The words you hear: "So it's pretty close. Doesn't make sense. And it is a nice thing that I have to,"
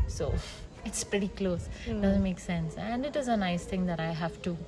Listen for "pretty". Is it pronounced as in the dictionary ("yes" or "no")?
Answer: yes